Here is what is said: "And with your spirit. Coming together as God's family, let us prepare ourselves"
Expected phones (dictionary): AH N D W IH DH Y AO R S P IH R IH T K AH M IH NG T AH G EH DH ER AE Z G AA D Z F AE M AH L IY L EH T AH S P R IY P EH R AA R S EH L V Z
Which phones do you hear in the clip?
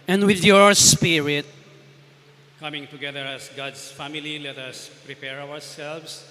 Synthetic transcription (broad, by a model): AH N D W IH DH Y AO R S P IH R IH T K AH M IH NG T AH G EH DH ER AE S G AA D S F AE M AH L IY L EH T AH S P R IY P EH R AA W S EH L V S